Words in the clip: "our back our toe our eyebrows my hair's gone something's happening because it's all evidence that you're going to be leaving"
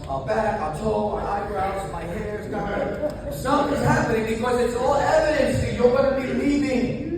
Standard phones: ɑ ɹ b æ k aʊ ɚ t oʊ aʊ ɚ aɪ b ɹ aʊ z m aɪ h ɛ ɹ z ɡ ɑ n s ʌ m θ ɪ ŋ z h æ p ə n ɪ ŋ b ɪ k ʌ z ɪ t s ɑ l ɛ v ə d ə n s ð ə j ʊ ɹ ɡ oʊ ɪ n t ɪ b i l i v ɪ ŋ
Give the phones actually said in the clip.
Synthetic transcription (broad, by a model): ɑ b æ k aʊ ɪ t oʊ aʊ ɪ aɪ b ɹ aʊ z m aɪ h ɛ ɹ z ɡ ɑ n s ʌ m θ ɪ z h æ p ə n ɪ ŋ b ɪ k ʌ z ɪ t s ɑ l ɛ v ə d ə n s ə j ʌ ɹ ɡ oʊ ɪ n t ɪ b i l i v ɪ ŋ